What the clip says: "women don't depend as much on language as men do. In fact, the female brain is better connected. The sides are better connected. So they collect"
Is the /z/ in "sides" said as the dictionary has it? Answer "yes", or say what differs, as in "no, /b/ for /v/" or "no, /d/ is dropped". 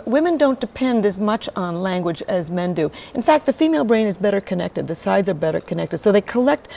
yes